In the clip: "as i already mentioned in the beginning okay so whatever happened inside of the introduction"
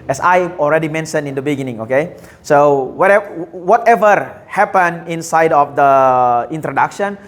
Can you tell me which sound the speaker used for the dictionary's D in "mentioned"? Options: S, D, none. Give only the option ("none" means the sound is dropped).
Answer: none